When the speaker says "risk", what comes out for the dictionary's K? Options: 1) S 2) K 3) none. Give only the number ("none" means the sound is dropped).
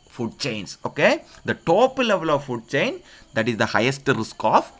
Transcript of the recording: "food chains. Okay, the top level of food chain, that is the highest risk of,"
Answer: 2